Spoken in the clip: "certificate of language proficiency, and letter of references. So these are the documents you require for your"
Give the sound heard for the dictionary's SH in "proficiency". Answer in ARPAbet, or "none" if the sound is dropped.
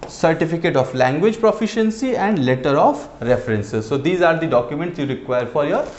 SH